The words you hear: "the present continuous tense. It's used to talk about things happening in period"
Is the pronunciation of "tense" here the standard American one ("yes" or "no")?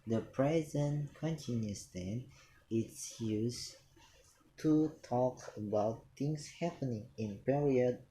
no